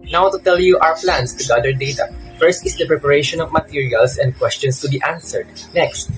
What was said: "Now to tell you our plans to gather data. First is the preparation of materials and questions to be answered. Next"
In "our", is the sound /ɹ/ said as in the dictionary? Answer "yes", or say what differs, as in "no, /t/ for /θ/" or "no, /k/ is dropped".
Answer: no, /w/ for /ɹ/